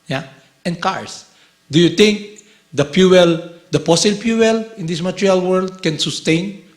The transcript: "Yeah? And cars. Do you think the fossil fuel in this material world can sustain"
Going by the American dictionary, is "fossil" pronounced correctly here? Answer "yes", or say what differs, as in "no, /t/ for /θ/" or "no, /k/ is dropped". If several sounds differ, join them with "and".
no, /p/ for /f/